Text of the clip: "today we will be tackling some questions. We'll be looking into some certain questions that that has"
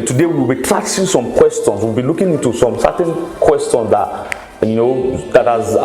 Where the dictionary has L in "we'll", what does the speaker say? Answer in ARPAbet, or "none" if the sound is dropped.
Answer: W